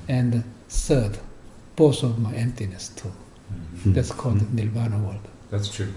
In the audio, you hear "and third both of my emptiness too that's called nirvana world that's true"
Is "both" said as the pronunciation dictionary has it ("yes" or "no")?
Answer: no